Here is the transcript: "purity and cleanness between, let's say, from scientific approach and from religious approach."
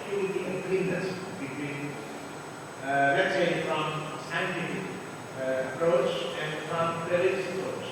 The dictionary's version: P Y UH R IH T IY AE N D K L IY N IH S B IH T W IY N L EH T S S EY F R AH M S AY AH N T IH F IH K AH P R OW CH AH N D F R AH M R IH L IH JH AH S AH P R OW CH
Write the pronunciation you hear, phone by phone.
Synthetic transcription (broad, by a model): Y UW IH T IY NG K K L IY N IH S B IH T W IY N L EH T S S EY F R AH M S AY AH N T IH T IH AH P R OW CH AH N D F R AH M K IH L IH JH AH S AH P R OW CH